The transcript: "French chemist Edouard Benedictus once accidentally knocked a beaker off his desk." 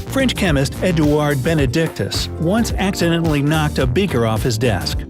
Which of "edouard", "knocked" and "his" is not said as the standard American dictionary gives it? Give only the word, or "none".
none